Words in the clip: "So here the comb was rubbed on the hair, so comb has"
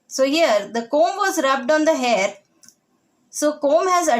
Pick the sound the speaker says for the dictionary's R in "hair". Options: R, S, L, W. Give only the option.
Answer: R